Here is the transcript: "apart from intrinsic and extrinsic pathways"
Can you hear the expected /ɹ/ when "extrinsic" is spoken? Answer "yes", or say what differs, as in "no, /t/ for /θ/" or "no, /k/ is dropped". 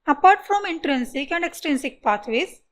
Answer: no, /ɹ/ is dropped